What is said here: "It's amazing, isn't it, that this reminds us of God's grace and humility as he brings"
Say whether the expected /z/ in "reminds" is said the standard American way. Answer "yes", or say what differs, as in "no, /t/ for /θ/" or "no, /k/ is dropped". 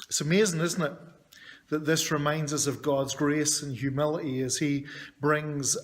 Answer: yes